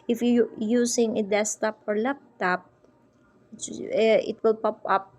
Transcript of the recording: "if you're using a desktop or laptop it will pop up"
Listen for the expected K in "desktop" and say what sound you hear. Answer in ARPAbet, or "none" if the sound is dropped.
none